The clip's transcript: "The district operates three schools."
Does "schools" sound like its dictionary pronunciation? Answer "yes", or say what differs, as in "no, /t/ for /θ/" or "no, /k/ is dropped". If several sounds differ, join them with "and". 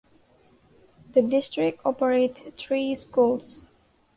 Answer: no, /s/ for /z/